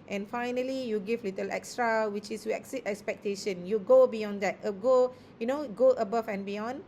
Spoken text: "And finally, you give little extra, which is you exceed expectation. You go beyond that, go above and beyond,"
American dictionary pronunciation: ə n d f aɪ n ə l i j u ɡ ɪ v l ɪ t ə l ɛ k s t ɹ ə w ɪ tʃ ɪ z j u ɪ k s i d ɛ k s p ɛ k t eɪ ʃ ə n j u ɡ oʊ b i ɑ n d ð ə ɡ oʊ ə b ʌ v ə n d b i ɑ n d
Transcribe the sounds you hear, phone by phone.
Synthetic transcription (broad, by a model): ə n f aɪ n ə l i j u ɡ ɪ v l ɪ t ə l ɛ k s t ɹ ə w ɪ tʃ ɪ s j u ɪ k s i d ɛ k s p ɛ k t eɪ ʃ ə n j u ɡ oʊ b i ɑ n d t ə ɡ oʊ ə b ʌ b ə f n b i ɑ n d